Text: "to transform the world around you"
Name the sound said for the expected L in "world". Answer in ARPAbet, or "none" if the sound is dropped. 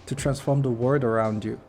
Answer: none